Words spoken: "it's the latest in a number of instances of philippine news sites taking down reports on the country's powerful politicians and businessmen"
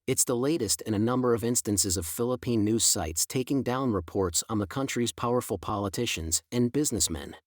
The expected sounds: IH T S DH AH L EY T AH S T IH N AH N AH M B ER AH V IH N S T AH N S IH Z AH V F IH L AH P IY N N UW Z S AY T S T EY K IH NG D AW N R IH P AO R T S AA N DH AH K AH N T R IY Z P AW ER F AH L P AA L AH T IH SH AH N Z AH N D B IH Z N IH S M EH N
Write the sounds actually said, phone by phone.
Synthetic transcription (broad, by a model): IH T S DH AH L EY T AH S T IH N AH N AH M B ER AH V IH N S T AH N S IH Z AH V F IH L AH P IY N N UW Z S AY T S T EY K IH NG D AW N R IH P AO R T S N DH AH K AH N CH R IY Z P AW ER F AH L P AA L AH T IH SH AH N Z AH N B IH Z N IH S M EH N